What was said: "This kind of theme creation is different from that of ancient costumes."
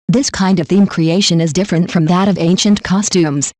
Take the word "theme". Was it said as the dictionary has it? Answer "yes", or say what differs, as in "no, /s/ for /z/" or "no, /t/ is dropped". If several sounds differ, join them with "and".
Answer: yes